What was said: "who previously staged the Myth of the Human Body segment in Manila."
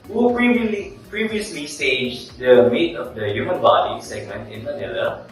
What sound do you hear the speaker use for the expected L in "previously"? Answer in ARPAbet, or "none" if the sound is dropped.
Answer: L